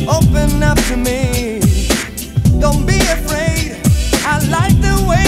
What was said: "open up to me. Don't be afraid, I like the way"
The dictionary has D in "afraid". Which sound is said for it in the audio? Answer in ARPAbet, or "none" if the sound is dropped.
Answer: D